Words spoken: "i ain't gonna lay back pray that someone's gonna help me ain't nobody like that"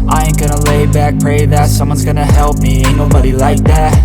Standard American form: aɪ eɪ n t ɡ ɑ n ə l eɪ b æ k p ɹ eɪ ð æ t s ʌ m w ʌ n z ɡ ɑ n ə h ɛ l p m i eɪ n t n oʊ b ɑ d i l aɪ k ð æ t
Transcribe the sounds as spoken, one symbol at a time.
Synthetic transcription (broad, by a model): aɪ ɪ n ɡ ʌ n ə l eɪ b æ k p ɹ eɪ ð æ t s ʌ m w ʌ n z ɡ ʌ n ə h ɛ l p m i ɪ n n oʊ b ɑ d i l aɪ k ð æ t